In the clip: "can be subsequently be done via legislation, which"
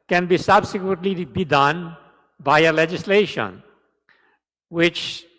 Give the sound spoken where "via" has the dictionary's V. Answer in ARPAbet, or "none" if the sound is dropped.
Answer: B